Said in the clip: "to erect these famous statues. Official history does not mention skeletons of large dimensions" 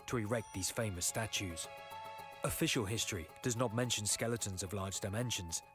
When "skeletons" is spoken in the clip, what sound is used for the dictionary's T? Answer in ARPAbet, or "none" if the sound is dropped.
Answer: T